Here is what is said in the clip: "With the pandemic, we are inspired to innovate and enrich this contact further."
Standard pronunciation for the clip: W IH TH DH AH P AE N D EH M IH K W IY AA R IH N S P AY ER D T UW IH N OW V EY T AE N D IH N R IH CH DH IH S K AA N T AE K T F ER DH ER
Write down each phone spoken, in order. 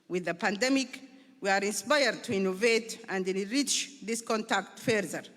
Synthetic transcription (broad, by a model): W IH DH AH P AE N D EH M IH K W IY AA R IH N S P AY ER D T UW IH N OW V EY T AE N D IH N R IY CH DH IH S K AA N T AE K T F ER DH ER